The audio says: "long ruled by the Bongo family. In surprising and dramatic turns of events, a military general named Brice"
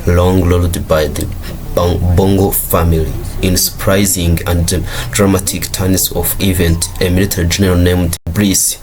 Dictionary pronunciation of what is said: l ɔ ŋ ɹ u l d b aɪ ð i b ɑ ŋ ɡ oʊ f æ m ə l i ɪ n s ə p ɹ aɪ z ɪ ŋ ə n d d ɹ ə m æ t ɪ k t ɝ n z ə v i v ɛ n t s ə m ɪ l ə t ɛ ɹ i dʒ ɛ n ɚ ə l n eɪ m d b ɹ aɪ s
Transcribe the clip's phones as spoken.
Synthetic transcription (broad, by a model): l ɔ ŋ l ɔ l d b aɪ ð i b ɑ ŋ ɡ oʊ f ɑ m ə l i ɪ n s ə p ɹ aɪ z ɪ ŋ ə n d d ɹ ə m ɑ t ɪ k t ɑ n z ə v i v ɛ n t ə m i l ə t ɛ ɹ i dʒ ɛ n ɚ ə l n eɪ m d b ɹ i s